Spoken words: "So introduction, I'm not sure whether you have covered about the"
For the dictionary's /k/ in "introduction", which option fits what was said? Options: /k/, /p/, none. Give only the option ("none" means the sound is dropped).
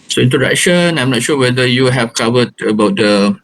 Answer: none